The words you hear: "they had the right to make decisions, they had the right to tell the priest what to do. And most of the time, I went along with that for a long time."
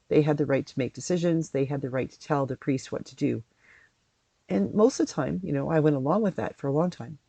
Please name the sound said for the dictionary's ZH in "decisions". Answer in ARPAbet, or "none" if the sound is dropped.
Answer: ZH